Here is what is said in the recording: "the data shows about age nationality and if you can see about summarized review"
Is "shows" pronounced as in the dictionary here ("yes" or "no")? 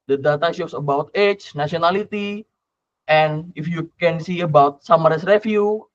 no